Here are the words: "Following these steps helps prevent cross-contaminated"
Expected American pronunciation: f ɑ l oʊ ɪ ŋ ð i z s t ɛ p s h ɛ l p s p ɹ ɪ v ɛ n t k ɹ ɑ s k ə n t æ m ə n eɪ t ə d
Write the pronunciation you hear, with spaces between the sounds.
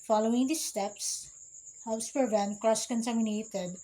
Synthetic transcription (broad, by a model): f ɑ l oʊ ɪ ŋ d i s t ɛ p s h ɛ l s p ɪ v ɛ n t k ɹ ɑ s k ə n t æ m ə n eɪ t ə d